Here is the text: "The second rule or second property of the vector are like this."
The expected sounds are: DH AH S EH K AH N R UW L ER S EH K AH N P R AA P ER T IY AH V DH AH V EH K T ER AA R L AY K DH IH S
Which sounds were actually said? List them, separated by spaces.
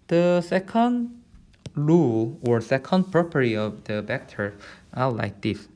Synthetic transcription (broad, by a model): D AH S EH K AH N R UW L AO S EH K AH N P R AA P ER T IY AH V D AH B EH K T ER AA L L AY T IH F